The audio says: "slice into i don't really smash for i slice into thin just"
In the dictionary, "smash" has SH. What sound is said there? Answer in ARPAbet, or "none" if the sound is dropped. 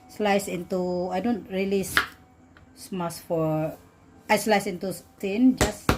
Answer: S